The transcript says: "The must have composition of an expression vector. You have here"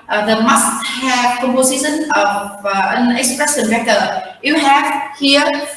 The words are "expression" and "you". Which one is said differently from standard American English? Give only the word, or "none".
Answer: expression